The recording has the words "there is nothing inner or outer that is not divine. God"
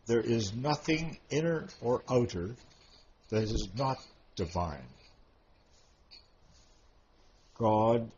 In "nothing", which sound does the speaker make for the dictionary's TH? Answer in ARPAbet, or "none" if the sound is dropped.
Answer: TH